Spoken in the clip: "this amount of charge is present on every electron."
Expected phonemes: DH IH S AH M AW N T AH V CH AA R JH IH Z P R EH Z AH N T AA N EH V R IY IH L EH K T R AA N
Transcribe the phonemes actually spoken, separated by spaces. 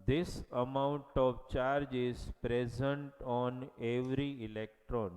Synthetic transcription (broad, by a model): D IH S AH M AW N T AH V CH AA R JH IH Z P R EH Z AH N T AA N EH V R IY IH L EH K T R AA N